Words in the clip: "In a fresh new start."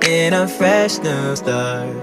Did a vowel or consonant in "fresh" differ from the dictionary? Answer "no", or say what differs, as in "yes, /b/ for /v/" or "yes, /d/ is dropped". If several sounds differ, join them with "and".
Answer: no